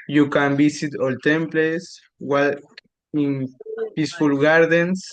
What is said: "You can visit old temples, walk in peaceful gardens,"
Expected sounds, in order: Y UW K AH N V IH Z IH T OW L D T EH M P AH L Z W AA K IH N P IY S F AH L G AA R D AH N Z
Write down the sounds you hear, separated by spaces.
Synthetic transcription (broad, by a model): Y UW K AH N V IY S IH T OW L T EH M P L S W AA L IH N P IY S F AH L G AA R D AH N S